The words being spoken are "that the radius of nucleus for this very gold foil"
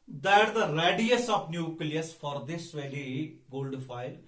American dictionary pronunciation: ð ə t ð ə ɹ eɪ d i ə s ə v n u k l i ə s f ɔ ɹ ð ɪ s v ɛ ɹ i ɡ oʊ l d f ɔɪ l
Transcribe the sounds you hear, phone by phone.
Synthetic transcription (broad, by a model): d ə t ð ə ɹ eɪ d i ə s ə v n u k l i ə s f ɔ ɹ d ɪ s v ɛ l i ɡ oʊ l d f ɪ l